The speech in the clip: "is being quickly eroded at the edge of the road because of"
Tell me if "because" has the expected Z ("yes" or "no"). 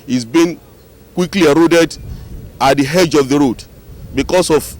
no